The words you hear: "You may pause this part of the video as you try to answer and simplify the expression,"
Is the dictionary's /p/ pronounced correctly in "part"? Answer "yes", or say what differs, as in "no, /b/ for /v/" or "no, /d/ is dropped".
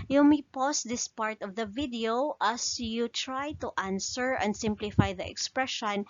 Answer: yes